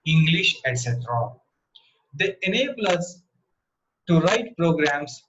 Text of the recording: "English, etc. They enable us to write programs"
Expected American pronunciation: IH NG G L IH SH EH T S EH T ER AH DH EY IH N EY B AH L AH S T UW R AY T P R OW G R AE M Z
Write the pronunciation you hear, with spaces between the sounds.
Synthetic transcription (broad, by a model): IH NG G L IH SH EH T S EH T ER AH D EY IH N EY B AH L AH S T UW R AY T P R OW G R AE M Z